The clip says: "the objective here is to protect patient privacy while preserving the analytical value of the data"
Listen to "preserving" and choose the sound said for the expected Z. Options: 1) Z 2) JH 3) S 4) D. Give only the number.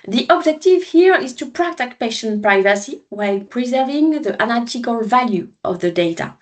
1